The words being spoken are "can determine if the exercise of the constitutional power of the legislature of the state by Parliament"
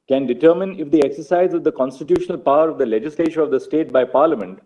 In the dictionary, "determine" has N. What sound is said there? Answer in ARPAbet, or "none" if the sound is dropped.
N